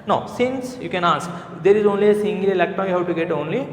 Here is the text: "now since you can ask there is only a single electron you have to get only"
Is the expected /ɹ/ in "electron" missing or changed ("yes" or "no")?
yes